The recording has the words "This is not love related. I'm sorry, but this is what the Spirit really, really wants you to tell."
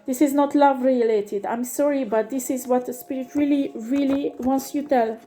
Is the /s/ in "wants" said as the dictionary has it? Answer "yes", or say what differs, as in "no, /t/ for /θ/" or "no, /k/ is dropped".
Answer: yes